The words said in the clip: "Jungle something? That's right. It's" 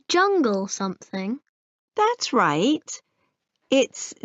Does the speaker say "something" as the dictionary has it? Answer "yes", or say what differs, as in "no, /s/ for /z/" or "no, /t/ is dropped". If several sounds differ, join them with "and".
yes